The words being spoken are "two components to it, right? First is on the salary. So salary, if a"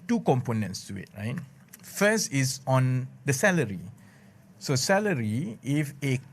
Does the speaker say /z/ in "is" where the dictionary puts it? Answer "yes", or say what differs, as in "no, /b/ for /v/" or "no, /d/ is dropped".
no, /s/ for /z/